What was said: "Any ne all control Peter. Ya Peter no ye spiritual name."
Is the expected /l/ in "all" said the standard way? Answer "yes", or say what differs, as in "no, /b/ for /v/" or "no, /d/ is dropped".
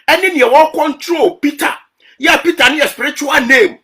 no, /w/ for /l/